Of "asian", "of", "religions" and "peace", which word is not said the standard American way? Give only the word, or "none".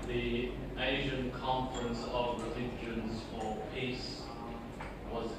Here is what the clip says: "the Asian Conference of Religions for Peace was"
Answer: none